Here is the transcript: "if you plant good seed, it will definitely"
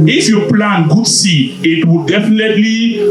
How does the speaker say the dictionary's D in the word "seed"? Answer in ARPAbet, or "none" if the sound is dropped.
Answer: none